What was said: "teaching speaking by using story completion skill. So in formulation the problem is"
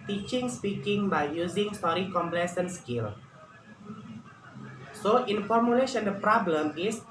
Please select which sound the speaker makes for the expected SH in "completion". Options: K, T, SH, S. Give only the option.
S